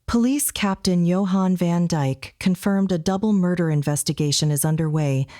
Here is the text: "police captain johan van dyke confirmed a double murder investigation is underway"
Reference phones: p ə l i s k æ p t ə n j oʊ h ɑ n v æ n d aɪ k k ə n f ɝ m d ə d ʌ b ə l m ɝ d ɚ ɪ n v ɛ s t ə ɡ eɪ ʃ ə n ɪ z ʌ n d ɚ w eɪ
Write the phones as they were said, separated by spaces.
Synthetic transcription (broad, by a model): p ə l i s k æ p t ə n j oʊ h ɑ n v æ n d aɪ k k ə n f ɝ m d ə d ʌ b l m ɝ d ɚ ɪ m v ɛ s t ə ɡ eɪ ʃ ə n ɪ z ʌ n d ɚ w eɪ